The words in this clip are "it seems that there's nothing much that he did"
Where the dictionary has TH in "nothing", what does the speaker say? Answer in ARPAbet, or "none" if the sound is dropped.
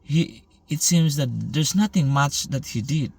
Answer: T